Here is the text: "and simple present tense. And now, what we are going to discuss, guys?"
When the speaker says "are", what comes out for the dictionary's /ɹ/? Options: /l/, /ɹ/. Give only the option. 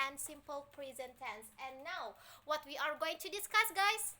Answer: /ɹ/